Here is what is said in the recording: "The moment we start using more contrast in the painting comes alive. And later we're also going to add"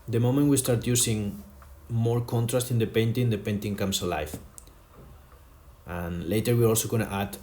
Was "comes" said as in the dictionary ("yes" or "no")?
no